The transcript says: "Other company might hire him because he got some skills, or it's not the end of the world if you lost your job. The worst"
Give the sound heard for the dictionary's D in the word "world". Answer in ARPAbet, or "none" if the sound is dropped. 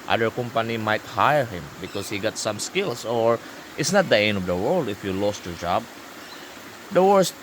D